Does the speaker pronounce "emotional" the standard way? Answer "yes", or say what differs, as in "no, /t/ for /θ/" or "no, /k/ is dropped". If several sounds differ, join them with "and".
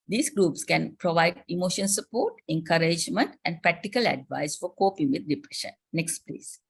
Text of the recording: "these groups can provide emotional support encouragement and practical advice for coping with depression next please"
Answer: no, /n/ is dropped and /n/ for /l/